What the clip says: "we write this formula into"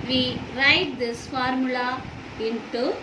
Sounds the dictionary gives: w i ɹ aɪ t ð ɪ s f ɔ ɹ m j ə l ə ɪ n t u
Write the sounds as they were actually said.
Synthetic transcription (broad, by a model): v i ɹ aɪ t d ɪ s f ɔ ɹ m j ə l ə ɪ n t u